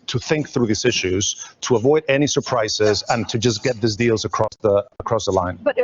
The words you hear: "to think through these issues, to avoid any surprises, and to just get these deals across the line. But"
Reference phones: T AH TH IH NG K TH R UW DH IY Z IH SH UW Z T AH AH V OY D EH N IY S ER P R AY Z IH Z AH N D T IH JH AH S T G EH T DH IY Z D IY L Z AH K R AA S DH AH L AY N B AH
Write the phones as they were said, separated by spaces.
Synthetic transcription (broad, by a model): T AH TH IH NG K TH R UW DH IY Z IH SH UW Z T AH AH V OY D EH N IY S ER P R AY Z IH Z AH N T IH JH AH S G EH T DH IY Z D IY L Z AH K R AA S DH AH L AY N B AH